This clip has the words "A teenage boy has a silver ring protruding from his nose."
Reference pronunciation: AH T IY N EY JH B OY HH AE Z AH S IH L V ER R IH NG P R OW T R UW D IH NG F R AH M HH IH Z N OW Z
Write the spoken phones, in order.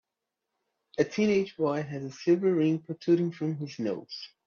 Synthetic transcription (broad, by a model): AH T IY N EY JH B OY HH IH Z AH S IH V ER R IH NG P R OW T UW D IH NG F R AH M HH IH Z N OW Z